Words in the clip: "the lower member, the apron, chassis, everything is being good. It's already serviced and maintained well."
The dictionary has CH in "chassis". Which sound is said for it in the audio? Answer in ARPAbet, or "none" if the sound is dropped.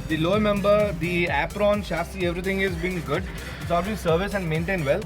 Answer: SH